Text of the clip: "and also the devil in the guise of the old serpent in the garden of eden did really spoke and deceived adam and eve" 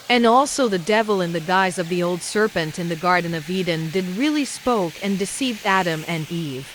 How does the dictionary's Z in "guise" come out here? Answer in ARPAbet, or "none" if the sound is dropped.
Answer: Z